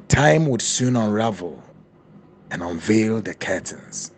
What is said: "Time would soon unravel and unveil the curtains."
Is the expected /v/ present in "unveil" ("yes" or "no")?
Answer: yes